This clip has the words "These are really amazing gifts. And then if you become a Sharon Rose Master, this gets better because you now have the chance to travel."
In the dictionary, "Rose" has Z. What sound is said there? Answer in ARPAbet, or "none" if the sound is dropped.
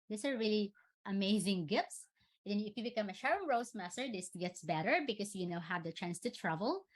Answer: S